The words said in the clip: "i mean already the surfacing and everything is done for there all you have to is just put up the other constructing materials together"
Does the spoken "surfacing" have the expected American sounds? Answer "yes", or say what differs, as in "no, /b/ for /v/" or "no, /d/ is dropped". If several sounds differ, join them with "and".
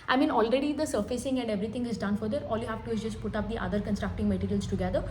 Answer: yes